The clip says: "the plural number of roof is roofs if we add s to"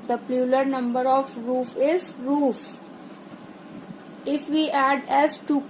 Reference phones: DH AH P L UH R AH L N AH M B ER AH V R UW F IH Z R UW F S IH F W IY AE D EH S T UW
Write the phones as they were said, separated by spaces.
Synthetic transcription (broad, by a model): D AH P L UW L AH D N AH M B ER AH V R UW F IH Z R UW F IH F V IY AE D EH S T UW